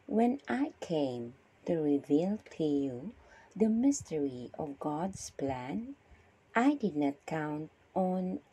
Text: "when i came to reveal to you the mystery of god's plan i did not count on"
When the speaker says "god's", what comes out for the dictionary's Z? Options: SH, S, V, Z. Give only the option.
S